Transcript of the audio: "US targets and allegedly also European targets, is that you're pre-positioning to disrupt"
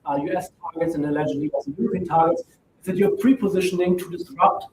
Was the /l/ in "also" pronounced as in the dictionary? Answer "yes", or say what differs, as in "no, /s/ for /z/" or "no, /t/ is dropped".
no, /l/ is dropped